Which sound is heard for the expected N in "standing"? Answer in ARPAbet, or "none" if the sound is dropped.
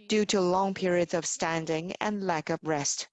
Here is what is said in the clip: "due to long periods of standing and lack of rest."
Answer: N